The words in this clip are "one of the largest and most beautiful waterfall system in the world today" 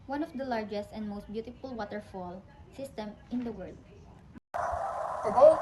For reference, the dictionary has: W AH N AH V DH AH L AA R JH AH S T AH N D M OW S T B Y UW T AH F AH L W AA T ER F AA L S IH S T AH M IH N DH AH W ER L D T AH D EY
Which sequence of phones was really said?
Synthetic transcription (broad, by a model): W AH N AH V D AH L AA R JH AH S T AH N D M OW S T B Y UW T AH F AH L W AA T ER F AA L S IH S T AH M IH N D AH W ER L D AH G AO